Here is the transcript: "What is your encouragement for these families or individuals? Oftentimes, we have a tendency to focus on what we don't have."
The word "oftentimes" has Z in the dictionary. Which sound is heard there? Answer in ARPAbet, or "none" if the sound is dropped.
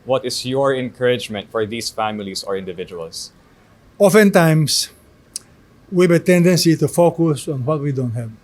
S